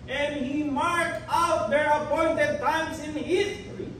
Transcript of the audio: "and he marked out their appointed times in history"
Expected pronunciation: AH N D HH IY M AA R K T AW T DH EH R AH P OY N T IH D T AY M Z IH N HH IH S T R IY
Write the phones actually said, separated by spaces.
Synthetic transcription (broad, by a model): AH N D HH IY M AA R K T AW T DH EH R AH P OY N T IH D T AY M S IH N HH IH S T R IY